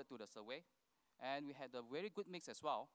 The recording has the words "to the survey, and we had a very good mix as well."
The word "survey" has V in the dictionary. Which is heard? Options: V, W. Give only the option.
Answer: W